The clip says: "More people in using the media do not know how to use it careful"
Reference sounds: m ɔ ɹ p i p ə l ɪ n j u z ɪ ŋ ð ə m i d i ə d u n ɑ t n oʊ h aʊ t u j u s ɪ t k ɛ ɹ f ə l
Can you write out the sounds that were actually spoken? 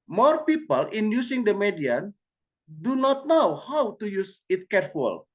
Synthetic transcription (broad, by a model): m ɔ ɹ p i p ə l ɪ n j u s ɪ ŋ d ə m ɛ d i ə d u n ɑ t n oʊ h aʊ t u j u s ɪ t k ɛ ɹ f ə l